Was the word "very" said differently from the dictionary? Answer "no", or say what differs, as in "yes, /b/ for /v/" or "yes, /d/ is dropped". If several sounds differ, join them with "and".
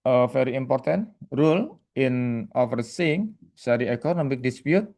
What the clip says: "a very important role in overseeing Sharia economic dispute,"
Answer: yes, /f/ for /v/